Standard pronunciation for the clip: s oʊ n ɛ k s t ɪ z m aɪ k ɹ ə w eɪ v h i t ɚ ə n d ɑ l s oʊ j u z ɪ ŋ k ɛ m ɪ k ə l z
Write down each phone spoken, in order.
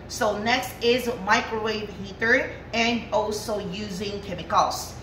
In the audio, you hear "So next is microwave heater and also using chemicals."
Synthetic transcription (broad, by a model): s oʊ n ɛ k s t ɪ z m aɪ k ɹ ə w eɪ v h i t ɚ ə n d ɑ l s oʊ j u z ɪ ŋ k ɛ m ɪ k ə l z